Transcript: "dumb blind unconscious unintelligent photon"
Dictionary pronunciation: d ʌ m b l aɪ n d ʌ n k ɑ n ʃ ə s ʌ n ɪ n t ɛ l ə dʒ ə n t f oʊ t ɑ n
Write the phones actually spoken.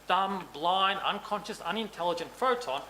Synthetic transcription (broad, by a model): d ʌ m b l aɪ n ʌ n k ɑ n ʃ ə s ʌ n ɪ n t ɛ l ə dʒ ə n t f oʊ t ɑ n